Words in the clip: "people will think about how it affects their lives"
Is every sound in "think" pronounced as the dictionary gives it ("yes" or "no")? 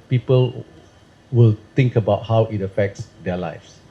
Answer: no